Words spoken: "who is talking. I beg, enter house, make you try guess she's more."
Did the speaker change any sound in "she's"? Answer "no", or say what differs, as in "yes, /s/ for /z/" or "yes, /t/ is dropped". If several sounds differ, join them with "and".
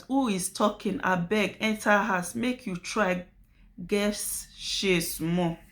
yes, /s/ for /z/